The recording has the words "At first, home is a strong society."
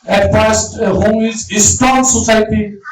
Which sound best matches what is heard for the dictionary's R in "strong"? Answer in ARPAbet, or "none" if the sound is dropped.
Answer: none